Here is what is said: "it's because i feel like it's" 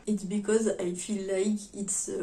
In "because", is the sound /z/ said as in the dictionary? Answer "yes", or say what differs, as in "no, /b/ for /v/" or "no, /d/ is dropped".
yes